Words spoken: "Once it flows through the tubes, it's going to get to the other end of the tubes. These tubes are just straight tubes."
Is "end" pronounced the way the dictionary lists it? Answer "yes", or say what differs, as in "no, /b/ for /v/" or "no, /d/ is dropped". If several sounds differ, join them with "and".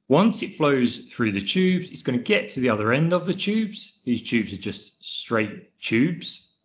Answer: yes